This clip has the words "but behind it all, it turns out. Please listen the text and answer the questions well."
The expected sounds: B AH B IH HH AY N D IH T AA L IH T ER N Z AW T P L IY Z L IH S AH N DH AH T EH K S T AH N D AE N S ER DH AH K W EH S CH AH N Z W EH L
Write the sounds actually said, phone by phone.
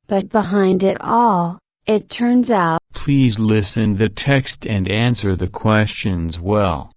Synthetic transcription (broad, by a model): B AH B IH HH AY N D IH T AA L IH T ER N Z AW P L IY Z L IH S AH N DH AH T EH K S T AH N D AE N S ER DH AH K W EH S CH AH N Z W EH L